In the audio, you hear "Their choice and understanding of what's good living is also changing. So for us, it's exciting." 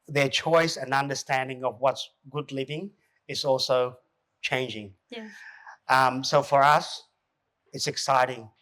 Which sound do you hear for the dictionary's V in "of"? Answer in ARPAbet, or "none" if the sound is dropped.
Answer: V